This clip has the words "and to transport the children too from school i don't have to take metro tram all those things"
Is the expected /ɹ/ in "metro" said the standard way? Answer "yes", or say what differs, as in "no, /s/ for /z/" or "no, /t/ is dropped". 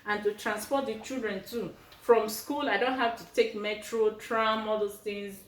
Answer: yes